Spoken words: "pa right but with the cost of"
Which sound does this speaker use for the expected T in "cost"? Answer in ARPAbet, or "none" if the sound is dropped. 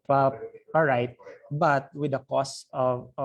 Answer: none